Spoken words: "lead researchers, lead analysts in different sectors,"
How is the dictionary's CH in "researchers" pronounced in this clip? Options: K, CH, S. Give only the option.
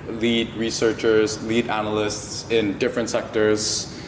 CH